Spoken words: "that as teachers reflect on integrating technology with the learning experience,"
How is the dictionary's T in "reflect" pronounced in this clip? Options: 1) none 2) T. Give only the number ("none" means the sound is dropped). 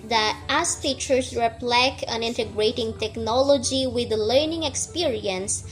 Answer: 1